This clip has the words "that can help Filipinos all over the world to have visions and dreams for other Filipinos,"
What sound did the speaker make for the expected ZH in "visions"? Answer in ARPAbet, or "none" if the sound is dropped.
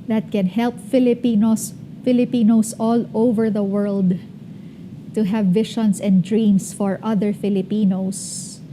SH